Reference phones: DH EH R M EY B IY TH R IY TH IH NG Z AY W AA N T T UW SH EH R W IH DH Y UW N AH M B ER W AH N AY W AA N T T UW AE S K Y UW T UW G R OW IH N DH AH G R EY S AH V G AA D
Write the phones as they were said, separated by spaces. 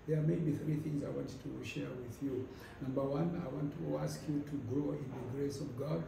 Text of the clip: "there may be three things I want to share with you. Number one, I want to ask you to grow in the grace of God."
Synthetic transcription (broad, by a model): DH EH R M EY B IY TH R IY TH IH NG Z AY W AA N T T UW SH EH R W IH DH Y UW N AH M B ER W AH N AY W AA N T T UW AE S K Y UW T UW G R OW IH N DH AH G R EY S AH V G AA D